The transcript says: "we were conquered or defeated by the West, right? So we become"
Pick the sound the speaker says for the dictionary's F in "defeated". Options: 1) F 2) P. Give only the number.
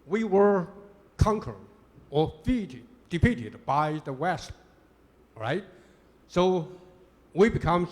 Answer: 2